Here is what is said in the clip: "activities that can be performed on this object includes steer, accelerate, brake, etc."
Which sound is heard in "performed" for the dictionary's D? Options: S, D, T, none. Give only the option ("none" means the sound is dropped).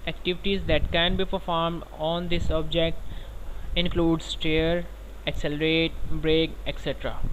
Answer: D